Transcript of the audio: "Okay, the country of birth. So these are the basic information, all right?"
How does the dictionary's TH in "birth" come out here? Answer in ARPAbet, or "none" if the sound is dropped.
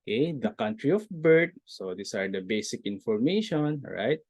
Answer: T